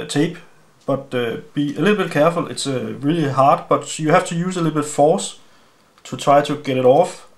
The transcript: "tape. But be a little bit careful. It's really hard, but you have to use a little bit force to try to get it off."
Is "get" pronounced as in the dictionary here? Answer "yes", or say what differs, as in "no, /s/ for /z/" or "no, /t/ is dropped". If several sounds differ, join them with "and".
yes